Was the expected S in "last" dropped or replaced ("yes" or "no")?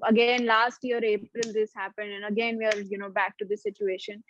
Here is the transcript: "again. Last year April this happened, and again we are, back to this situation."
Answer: no